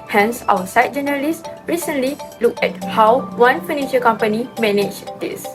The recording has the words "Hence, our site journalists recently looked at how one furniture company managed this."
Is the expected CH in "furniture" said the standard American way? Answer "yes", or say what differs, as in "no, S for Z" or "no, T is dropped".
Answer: no, SH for CH